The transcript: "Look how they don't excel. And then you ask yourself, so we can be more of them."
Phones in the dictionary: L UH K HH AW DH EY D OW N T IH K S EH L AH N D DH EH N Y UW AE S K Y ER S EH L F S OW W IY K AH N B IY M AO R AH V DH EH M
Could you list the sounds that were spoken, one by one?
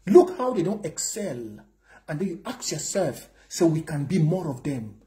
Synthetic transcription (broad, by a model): L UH K HH AW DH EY D OW N T IH K S EH L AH N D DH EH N Y UW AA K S Y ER S EH L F S OW W IY K AH N B IY M AO R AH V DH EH M